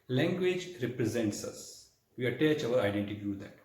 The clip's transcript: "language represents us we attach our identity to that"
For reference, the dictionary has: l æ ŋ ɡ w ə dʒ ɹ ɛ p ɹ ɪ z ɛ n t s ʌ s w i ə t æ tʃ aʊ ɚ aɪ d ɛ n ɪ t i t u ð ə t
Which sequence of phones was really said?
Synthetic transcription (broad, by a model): l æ ŋ ɡ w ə dʒ ɹ ɛ p ɹ ɪ z ɛ n t s ʌ s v i ə t æ tʃ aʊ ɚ aɪ d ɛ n t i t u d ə t